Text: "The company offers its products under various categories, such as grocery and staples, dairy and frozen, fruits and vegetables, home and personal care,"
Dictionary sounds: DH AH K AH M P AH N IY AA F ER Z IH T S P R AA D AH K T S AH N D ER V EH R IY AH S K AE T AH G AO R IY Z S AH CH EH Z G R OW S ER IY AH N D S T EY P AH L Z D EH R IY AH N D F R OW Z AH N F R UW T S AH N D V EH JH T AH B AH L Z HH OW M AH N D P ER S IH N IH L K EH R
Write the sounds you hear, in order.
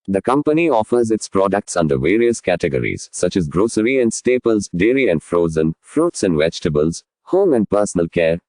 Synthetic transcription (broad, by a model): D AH K AH M P AH N IY AA F ER Z IH T S P R AA D AH K T S AH N D ER V EH R IY AH S K AE T AH G AO R IY Z S AH CH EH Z G R OW S ER IY AH N D S T EY P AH L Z D EH R IY AH N D F R OW Z AH N F R UW T S AH N D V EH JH T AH B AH L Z HH OW M AH N D P ER S IH N IH L K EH R